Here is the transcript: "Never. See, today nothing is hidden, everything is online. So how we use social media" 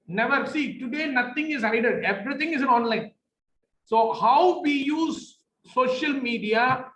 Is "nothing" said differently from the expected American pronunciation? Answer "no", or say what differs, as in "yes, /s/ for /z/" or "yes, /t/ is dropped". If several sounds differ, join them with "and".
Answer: yes, /t/ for /θ/